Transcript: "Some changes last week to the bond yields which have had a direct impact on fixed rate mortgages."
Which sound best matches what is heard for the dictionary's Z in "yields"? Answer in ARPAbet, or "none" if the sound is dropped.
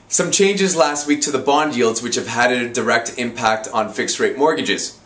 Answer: Z